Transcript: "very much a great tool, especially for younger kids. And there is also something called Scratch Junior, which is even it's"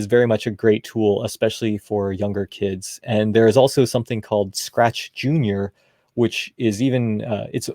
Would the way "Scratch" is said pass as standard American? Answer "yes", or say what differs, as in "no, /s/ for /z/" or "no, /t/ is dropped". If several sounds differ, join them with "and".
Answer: yes